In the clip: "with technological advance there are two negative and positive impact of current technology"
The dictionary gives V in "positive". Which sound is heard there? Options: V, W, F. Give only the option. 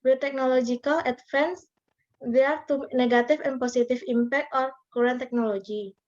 F